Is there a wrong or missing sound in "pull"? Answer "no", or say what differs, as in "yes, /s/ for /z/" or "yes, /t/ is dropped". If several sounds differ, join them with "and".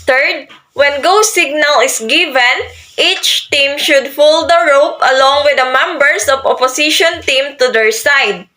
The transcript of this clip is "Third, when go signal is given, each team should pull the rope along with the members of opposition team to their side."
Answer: yes, /f/ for /p/